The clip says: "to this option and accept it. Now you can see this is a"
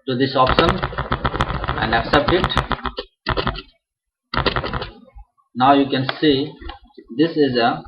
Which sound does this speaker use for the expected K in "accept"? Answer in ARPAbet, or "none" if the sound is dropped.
K